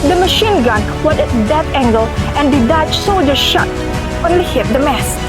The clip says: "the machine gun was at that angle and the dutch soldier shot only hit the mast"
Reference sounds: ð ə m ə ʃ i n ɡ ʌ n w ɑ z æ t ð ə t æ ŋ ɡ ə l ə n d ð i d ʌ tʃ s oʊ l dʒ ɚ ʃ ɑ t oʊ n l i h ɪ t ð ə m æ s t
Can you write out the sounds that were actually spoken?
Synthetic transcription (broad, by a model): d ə m ə ʃ i n ɡ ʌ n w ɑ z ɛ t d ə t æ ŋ ɡ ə l ə n d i d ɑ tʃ s oʊ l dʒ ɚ ʃ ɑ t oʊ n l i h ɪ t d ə m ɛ s